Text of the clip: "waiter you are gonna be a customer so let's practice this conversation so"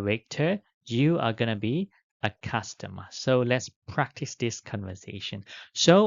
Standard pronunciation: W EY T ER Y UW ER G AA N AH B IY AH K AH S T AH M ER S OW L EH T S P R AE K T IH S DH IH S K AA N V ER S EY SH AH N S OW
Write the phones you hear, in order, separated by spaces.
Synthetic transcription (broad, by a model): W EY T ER Y UW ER G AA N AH B IY AH K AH S T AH M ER S OW L EH T S P R AE K T IH S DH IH S K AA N V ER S EY SH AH N S OW